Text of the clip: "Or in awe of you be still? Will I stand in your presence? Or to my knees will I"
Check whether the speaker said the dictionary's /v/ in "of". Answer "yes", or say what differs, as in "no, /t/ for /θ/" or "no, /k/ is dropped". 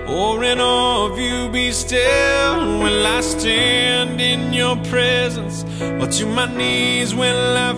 yes